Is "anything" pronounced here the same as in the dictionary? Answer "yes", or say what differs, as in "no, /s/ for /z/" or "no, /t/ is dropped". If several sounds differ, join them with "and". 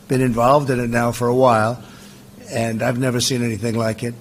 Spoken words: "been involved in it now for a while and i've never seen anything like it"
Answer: yes